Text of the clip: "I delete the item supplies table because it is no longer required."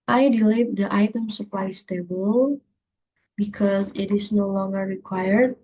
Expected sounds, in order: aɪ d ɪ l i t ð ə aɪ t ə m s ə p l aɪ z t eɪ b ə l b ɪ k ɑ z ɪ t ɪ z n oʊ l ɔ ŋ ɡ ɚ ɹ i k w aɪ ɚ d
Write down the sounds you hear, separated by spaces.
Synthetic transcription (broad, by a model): aɪ d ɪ l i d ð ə aɪ t ə m s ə p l aɪ s t eɪ b ə l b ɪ k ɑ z ɪ t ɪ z n oʊ l ɔ ŋ ɡ ɚ ɹ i k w aɪ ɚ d